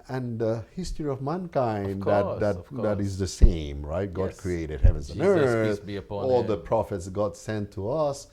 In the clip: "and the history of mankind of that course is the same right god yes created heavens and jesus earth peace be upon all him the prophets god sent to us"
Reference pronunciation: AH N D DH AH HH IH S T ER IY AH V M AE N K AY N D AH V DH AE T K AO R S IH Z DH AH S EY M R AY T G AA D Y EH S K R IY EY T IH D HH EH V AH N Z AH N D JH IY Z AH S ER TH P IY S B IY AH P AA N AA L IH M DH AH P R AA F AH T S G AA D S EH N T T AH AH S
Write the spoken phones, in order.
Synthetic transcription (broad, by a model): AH N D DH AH HH IH S T ER IY AH V M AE N K AY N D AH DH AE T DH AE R IH Z DH AH S EY M R AY T G AA D K R IY EY T IH D HH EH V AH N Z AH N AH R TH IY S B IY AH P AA AA L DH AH P R AA F AH T S G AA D S EH N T T AH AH S